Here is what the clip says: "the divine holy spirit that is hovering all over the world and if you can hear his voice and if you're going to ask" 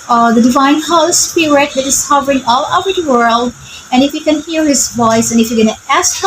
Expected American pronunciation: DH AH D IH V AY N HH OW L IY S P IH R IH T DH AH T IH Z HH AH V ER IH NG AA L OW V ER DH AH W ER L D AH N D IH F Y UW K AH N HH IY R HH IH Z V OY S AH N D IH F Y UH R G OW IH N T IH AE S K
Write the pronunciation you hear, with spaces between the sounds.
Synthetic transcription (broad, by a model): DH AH D IH V AY N HH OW IY S P IH R IH T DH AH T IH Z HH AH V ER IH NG AA L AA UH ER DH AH W ER L D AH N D IH F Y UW K AH N HH IY R HH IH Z V OY S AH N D IH F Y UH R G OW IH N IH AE S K